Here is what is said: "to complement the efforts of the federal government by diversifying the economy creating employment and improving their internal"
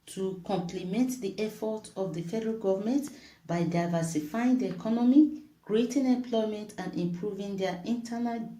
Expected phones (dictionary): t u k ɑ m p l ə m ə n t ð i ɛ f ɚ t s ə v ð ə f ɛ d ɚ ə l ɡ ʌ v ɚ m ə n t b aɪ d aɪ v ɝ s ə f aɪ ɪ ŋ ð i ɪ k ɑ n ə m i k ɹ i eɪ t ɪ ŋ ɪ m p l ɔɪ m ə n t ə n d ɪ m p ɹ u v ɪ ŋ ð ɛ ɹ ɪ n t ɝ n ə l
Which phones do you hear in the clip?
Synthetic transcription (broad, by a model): t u k ɑ m p l ə m ə n t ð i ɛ f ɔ t ə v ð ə f ɛ d ɚ ə l ɡ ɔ v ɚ m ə n t b aɪ d aɪ v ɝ s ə f aɪ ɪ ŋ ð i ɪ k ɑ n ə m i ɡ ɹ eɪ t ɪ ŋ ɪ m p l ɔɪ m ə n t ə n d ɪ m p ɹ u v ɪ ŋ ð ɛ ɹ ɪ n t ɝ n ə l